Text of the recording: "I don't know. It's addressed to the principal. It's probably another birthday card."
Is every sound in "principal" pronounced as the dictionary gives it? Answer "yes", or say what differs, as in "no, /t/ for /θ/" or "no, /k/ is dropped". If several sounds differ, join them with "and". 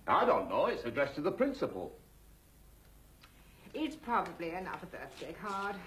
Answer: yes